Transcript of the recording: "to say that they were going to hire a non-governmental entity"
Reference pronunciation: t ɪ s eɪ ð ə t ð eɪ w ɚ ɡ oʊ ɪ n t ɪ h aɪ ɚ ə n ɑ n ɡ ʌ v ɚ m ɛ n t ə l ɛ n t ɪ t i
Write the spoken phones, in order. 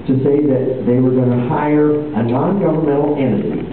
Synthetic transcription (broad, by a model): t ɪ s eɪ ð ə t ð eɪ w ɚ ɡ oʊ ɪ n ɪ h aɪ ɚ ə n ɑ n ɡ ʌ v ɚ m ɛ t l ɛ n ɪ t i